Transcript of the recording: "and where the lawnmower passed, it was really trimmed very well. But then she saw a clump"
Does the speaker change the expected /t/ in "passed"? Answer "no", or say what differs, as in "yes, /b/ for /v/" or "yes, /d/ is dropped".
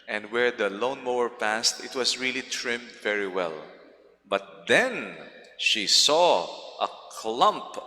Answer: no